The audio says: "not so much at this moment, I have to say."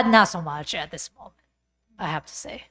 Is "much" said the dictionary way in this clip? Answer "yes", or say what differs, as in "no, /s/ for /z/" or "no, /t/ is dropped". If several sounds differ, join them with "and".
yes